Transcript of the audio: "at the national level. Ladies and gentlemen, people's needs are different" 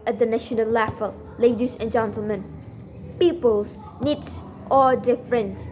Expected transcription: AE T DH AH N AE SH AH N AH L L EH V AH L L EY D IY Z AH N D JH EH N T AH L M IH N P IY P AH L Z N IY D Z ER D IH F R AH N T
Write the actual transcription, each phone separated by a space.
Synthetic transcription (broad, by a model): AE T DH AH N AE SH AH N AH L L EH F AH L L EY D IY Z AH N JH EH N T AH L M IH N P IY P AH L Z N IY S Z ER D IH F R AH N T